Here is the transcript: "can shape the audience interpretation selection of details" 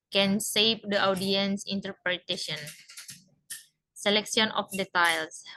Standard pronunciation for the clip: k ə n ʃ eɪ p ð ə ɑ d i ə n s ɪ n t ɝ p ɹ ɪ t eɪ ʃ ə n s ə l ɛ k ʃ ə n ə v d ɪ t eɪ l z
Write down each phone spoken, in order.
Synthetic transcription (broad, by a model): k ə n s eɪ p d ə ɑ d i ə n s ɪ n t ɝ p ɹ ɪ t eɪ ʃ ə n s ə l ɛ k s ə n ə f d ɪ t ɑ l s